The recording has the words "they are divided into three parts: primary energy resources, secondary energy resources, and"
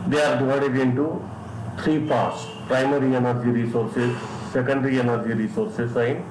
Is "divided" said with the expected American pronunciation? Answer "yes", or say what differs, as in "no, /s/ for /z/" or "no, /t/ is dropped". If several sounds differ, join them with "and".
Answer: no, /v/ is dropped